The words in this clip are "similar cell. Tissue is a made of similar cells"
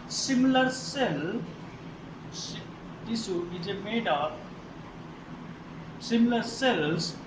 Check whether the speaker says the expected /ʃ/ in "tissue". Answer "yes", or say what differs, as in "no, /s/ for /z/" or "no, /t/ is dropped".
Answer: no, /s/ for /ʃ/